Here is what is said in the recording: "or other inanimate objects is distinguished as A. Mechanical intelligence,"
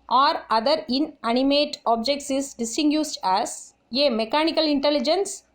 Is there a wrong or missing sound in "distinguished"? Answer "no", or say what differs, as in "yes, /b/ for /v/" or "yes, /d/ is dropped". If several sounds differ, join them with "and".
yes, /s/ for /ʃ/